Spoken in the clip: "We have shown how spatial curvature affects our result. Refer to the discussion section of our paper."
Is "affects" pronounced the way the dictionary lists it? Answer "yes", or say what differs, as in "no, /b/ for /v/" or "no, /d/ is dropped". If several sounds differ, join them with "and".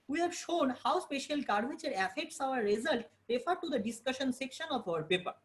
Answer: yes